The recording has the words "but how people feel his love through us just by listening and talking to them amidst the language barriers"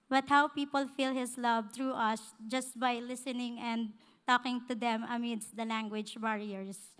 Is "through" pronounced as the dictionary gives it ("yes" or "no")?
no